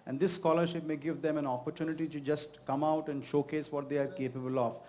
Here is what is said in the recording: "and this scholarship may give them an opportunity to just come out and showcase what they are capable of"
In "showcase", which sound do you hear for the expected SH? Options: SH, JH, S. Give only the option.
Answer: SH